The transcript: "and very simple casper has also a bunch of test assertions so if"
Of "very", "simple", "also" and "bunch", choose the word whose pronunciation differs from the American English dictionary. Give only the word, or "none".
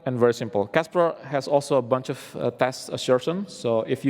none